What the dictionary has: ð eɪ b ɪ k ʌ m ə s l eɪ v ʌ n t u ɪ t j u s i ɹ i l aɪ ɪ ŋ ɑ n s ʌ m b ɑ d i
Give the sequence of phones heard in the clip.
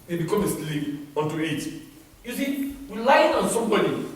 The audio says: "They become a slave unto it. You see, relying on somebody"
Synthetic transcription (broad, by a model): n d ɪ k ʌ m ə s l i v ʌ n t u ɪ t j u s i w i l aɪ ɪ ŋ ɑ n s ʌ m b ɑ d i